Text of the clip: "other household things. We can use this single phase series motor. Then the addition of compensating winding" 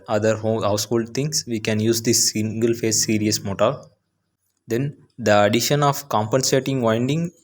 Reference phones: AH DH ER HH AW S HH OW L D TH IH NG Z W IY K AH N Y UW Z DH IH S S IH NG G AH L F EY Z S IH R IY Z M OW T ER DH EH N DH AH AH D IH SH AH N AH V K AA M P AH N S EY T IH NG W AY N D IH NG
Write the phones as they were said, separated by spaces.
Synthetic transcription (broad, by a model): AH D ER HH AW S HH OW L D T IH NG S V IY K AH N Y UW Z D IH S S IH NG G AH L F EY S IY R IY S M OW T ER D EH N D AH AH D IH SH AH N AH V K AA M P AH N S EY T IH NG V AY N D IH NG